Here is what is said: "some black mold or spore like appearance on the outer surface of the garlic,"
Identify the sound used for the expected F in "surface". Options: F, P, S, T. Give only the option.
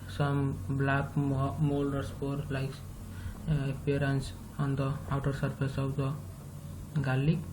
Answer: P